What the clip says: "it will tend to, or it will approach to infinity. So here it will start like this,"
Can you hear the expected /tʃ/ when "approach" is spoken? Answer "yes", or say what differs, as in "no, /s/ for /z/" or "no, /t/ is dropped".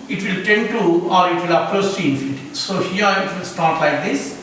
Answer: no, /s/ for /tʃ/